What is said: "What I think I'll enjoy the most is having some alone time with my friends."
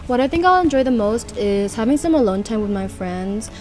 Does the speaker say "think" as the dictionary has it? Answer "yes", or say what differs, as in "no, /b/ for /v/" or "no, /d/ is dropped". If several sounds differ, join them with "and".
yes